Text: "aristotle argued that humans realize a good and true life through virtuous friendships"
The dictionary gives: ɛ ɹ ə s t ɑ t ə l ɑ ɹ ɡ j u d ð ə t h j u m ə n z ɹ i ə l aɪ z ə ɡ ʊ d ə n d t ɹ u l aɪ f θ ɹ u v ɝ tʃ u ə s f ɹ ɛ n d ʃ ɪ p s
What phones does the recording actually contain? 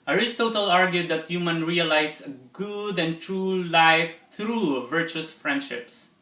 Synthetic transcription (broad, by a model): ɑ ɹ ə s t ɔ t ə l ɑ ɹ ɡ j u d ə t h j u m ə n ɹ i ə l aɪ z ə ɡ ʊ d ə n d t ɹ u l aɪ f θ ɹ u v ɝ tʃ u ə s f ɹ ɛ n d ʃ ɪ p s